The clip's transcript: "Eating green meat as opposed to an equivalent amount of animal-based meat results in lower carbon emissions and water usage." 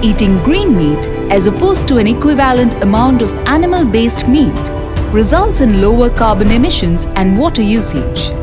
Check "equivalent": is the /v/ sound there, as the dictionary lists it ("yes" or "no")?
yes